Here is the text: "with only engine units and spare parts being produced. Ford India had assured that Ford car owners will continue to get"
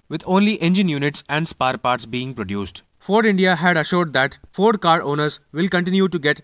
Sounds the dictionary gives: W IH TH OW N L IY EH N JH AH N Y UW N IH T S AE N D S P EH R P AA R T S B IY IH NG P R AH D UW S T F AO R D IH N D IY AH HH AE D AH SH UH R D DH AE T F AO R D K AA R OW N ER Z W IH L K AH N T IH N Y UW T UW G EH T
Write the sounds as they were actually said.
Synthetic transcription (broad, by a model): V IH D OW N L IY EH N JH AH N Y UW N IH T S AE N D S P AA R P AA R T S B IY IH NG P R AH D UW S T F AO R D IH N D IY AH HH AE D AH SH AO R D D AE T F AO R D K AA R OW N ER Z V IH L K AH N T IH N Y UW T UW G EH T